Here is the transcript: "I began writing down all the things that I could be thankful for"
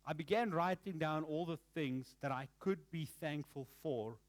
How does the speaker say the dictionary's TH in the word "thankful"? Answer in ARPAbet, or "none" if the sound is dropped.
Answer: TH